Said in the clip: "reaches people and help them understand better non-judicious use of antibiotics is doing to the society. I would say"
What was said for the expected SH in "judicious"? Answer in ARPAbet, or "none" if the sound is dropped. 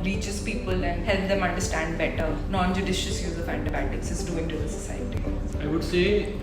SH